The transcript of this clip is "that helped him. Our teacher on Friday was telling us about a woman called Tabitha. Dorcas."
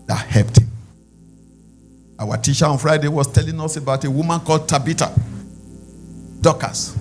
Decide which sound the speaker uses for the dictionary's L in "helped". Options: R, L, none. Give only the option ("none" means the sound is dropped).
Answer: none